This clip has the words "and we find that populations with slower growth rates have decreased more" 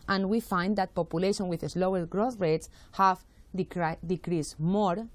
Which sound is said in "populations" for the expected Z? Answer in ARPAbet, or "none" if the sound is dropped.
none